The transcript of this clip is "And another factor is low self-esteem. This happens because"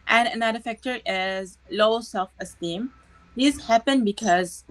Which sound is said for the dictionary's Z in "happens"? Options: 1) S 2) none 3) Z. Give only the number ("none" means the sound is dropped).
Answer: 2